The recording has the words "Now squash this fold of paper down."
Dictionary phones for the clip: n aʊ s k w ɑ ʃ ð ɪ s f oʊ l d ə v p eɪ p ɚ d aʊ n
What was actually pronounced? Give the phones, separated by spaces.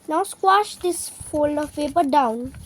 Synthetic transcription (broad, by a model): n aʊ s k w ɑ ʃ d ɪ s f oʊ l ə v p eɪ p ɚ d aʊ n